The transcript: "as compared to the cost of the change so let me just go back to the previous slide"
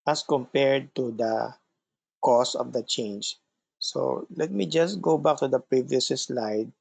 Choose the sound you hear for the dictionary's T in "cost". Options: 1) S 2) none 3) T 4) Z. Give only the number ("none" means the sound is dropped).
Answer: 2